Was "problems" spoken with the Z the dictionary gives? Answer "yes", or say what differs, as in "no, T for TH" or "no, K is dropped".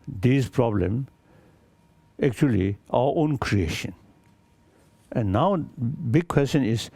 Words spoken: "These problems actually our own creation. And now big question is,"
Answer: no, Z is dropped